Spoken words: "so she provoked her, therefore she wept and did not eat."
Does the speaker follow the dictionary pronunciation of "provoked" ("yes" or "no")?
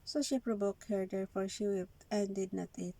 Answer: no